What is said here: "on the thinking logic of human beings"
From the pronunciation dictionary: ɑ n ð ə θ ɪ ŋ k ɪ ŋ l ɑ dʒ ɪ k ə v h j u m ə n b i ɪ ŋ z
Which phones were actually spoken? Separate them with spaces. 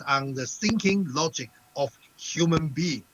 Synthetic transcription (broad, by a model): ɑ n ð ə s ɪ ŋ k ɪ ŋ l ɑ dʒ ɪ k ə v h j u m ə n b i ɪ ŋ